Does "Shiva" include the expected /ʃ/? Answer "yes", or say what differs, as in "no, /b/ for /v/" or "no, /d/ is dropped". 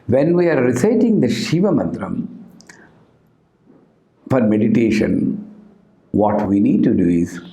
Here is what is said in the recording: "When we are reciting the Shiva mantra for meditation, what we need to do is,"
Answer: yes